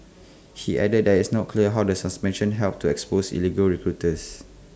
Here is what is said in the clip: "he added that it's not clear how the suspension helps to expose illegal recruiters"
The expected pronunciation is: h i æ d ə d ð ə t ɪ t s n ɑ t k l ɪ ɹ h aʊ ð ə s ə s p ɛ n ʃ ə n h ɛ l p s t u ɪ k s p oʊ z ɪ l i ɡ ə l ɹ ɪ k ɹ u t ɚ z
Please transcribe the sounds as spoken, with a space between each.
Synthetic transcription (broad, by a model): h i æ d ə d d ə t ɪ t s n ɑ t k l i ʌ h aʊ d ə s ə s p ɛ n ʃ ə n h ɛ l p t u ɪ k s p oʊ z ɪ l i ɡ ə l ɹ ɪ k ɹ u t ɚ s